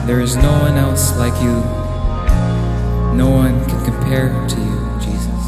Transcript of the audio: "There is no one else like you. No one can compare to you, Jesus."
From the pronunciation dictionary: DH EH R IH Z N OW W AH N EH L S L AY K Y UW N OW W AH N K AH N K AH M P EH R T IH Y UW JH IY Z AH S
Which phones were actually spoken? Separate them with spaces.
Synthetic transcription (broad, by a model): DH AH R IH Z N OW W AH N EH L S L AY K Y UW N OW W AH N K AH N K AH M P EH R T IH Y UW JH IY Z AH S